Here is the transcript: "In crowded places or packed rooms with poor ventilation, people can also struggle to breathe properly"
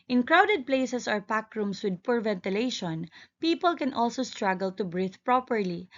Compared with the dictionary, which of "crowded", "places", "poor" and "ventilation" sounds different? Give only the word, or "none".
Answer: places